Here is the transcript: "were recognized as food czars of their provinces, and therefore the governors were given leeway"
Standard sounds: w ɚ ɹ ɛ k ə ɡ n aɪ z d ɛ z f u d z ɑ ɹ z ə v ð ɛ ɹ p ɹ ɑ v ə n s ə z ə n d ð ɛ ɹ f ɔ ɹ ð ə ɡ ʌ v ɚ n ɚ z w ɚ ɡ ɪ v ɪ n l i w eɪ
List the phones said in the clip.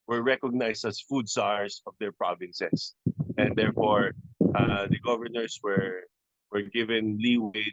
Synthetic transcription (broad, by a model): w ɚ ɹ ɛ k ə ɡ n aɪ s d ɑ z f u d s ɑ ɹ s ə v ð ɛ ɹ p ɹ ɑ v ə n s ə s ə n d ɛ ɹ f ɔ ɹ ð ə ɡ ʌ v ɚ n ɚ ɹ w ɚ ɡ ɪ v ɪ n l i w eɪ